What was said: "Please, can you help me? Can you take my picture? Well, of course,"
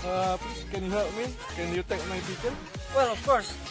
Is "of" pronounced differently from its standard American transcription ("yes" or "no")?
yes